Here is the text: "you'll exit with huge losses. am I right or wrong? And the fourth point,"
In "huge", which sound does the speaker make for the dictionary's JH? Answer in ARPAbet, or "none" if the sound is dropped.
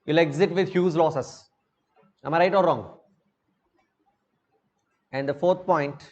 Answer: Z